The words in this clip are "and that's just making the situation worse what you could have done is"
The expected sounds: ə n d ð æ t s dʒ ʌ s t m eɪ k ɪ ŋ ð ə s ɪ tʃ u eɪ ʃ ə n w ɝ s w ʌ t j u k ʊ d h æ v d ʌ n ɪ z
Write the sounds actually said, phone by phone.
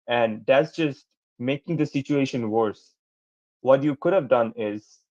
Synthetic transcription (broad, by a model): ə n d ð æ t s dʒ ʌ s t m eɪ k ɪ ŋ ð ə s ɪ tʃ u eɪ ʃ ə n w ɝ s w ʌ t j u k ʊ d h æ v d ʌ n ɪ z